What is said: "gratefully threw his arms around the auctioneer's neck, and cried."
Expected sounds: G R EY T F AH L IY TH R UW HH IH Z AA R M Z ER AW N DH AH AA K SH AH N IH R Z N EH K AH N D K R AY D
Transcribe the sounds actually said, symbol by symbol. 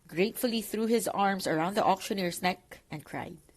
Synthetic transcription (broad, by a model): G R EY T F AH L IY TH R UW HH IH Z AA R M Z ER AW N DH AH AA K SH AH N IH R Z N EH K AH N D K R AY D